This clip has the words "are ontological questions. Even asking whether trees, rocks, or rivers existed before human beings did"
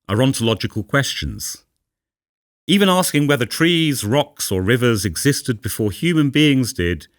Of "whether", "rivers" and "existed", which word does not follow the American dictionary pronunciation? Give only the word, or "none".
none